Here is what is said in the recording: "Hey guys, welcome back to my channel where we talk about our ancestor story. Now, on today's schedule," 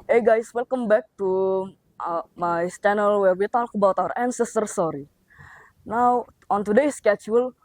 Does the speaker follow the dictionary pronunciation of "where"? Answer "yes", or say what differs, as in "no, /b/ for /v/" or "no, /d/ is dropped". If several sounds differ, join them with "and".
no, /l/ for /ɹ/